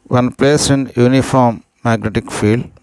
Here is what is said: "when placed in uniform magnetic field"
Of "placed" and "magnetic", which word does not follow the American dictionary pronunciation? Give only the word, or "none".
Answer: placed